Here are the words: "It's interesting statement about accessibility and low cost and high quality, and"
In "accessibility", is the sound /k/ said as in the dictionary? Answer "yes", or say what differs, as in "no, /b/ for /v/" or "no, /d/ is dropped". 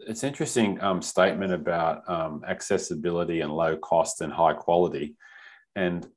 yes